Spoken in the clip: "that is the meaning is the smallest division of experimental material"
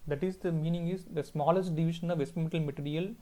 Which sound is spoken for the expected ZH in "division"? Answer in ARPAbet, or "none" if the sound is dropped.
SH